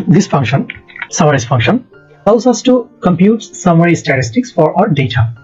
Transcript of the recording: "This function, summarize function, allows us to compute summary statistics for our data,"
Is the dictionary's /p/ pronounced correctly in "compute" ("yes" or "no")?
yes